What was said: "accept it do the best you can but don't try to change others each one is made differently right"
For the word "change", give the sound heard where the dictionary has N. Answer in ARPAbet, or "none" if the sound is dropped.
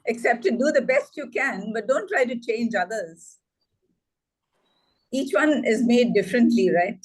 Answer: N